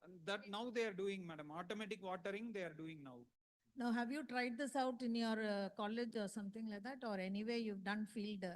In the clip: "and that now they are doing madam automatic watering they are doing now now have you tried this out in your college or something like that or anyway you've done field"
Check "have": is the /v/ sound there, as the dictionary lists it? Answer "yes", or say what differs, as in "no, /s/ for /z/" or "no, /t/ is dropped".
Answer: yes